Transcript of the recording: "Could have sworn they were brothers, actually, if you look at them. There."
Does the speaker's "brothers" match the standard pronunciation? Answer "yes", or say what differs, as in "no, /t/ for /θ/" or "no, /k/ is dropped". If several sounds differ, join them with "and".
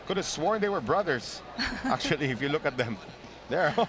no, /s/ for /z/